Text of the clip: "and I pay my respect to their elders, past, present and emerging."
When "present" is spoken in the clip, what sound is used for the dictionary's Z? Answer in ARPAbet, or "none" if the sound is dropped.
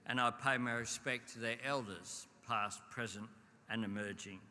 Z